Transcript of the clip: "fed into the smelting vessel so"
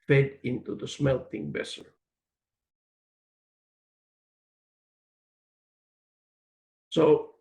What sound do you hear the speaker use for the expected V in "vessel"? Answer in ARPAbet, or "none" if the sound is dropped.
B